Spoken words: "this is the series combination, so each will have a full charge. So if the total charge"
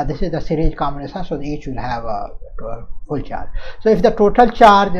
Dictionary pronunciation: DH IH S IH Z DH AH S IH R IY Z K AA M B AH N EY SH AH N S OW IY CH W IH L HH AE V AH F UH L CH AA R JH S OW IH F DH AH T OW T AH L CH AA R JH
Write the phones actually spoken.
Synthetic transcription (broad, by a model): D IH S IH Z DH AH S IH R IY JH K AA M AH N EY S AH S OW IY CH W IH L HH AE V AH F UH L CH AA R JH S OW IH F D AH T OW T AH L CH AA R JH